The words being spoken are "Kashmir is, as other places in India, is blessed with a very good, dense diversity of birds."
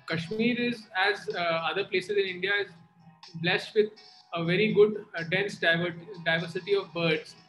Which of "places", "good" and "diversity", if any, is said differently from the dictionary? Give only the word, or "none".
none